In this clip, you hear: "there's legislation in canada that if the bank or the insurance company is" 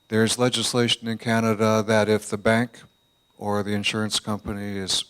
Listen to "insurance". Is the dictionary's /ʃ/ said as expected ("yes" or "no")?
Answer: yes